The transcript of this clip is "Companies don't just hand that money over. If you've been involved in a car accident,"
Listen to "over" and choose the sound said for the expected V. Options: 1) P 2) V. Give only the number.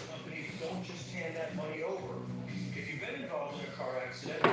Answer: 2